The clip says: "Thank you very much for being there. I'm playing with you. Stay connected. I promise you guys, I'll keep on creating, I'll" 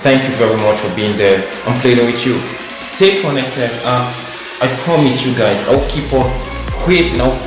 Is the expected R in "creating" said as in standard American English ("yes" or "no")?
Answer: no